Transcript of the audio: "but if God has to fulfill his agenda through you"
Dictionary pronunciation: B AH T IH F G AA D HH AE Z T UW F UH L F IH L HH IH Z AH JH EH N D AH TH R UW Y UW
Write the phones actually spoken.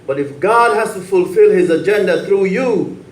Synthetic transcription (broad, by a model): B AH T IH F G AA D HH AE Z T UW F UH L F IH L HH IH Z AH JH EH N D AH TH R UW Y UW